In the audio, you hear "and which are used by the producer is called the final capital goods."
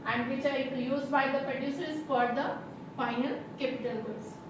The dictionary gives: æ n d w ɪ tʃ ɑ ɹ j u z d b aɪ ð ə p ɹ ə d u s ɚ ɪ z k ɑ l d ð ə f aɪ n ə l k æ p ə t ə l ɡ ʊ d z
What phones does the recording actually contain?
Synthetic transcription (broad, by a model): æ n d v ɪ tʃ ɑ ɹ j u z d b aɪ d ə p ɹ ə d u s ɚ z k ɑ d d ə f aɪ n ə l k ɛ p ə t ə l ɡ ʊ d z